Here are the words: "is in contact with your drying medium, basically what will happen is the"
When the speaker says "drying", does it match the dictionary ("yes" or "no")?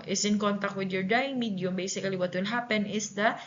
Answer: no